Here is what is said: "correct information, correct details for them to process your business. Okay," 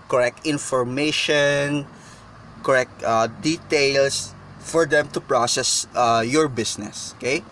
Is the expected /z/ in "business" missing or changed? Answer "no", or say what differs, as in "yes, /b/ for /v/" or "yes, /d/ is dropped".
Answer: yes, /s/ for /z/